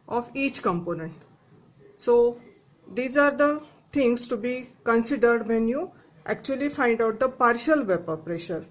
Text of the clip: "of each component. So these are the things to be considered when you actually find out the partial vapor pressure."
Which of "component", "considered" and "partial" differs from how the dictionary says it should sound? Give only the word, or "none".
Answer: none